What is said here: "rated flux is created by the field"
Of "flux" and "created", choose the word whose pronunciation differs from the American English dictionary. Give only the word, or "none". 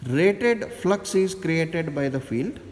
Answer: none